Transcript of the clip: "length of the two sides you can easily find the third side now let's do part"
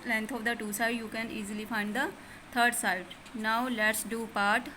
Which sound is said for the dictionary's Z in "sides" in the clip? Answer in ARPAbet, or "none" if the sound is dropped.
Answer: none